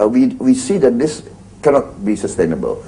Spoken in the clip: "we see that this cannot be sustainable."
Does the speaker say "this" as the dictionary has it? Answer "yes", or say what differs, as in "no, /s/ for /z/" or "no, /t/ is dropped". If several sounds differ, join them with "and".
yes